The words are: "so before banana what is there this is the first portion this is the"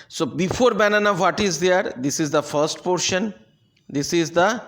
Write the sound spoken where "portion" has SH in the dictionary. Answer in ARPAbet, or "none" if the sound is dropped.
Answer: SH